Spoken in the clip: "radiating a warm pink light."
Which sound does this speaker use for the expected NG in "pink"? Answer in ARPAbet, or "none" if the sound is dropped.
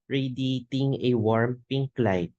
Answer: NG